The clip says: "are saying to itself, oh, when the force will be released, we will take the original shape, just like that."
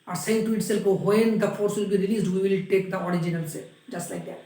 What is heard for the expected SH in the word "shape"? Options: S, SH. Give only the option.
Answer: S